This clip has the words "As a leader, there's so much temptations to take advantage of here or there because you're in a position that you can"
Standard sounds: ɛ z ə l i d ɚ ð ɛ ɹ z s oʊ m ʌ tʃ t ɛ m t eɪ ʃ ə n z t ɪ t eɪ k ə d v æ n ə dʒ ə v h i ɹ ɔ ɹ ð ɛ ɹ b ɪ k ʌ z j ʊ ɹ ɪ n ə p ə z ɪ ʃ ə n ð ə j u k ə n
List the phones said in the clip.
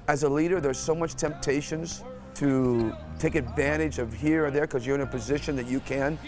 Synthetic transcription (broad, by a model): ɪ z ə l i d ɚ ð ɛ ɹ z s oʊ m ʌ tʃ t ɛ m t eɪ ʃ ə n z t ɪ t eɪ k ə d v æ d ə dʒ ə v h i ɹ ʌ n ð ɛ ɹ k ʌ z j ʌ ɹ ɪ n ə p ə z ɪ ʃ ə n ð ə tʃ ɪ k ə n